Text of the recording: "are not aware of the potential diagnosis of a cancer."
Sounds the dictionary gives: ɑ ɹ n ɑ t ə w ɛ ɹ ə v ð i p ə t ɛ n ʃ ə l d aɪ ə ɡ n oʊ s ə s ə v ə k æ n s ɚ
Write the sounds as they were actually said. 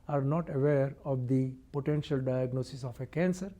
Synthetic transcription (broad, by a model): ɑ ɹ n ɑ t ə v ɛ ɹ ə v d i p ə t ɛ n ʃ ə l d aɪ ə ɡ n oʊ s ə s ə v ə k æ n s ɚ